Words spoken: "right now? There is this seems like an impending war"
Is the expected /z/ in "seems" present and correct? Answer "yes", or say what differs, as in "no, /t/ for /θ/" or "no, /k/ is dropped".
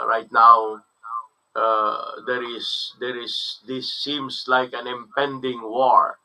no, /s/ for /z/